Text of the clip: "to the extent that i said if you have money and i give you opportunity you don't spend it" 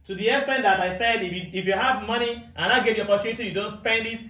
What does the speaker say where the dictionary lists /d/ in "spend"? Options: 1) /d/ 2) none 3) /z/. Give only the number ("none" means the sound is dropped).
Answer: 1